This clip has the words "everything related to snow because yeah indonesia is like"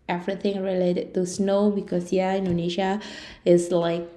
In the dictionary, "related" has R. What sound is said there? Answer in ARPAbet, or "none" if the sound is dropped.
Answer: R